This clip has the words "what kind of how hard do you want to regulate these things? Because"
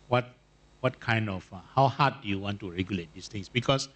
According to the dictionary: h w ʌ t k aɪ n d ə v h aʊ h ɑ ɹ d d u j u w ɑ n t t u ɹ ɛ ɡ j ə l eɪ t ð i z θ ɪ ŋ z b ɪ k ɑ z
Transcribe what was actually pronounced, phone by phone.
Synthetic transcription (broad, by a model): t w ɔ t k aɪ n d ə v h aʊ h ɑ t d d u j u w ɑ n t t u ɹ ɛ ɡ j ə l eɪ t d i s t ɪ ŋ s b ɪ k ɑ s